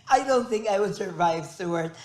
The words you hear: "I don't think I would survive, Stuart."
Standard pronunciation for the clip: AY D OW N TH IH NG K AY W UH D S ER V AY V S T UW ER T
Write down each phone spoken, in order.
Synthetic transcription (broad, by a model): AY D OW N TH IH NG K AY W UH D S ER V AY V S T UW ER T